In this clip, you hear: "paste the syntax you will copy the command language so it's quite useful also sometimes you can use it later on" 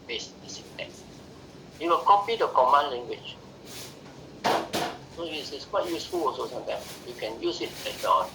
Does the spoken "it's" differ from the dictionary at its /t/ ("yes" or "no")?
yes